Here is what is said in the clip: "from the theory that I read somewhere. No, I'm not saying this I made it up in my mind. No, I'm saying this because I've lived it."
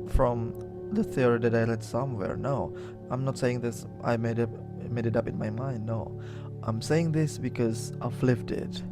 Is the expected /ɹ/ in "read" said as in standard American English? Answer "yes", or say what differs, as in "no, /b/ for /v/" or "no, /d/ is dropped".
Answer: no, /l/ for /ɹ/